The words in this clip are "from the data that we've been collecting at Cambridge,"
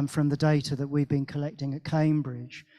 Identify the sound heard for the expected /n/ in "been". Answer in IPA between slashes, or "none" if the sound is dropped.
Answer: /n/